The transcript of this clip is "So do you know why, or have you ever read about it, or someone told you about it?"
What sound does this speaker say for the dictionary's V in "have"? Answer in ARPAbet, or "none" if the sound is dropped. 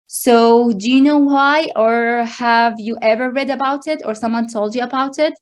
V